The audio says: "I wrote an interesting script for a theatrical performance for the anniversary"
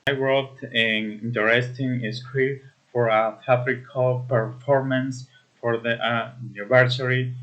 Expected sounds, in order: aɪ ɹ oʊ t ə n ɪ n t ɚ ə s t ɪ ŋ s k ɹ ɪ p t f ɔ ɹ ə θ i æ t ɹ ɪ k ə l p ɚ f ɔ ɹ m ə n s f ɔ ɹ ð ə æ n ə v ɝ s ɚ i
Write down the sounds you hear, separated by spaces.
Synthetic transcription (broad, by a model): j w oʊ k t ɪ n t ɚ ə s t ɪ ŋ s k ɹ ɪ f ɔ ɹ ə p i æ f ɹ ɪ k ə l p ɚ f ɔ ɹ m ə n s f ɔ ɹ ð ə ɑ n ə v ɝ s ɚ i